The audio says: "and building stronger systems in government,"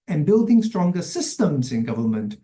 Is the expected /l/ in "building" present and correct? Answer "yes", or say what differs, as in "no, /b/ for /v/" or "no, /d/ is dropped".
yes